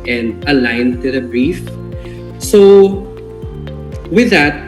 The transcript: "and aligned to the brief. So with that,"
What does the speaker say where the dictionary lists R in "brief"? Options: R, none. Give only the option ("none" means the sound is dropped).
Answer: R